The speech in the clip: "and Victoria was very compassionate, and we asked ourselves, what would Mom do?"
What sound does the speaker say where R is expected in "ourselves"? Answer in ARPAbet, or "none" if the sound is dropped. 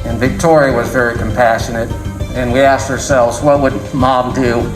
R